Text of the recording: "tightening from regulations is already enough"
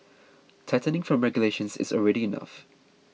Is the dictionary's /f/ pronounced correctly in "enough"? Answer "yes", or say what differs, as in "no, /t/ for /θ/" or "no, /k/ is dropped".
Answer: yes